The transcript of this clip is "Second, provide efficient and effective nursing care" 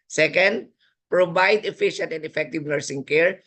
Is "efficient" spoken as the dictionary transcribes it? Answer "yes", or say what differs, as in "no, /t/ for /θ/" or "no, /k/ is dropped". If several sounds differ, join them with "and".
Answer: yes